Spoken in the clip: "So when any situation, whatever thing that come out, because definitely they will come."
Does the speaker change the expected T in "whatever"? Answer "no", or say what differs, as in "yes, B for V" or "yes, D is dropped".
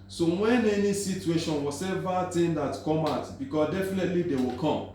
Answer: yes, S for T